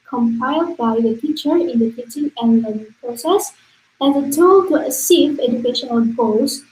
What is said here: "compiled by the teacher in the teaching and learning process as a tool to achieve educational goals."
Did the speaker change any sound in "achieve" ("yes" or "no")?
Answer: yes